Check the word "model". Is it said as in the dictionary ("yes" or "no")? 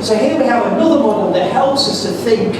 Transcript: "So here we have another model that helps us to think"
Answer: no